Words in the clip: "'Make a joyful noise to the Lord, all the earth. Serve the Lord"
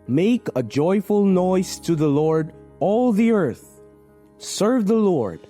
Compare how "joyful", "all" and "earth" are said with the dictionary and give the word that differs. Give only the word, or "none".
none